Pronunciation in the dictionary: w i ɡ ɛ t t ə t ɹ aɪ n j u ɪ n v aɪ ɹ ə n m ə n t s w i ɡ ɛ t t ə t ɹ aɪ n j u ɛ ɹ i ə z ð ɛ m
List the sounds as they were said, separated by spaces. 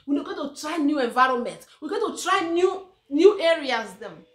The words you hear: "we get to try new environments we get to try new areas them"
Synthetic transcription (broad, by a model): w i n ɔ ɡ t ə t ɹ aɪ n j u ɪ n v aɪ ɹ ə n m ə n t w i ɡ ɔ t t ə t ɹ aɪ n j u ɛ ɹ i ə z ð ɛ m